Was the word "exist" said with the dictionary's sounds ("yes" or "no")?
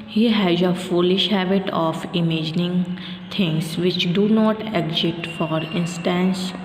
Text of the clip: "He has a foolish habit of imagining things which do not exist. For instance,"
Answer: no